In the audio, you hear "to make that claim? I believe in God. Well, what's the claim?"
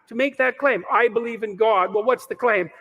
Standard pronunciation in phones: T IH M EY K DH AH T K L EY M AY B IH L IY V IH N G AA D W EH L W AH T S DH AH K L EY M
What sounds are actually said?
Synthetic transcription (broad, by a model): T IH M EY K DH AH T K L EY M AY B IH L IY V IH N G AA D W EH L W AH T S DH AH K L EY M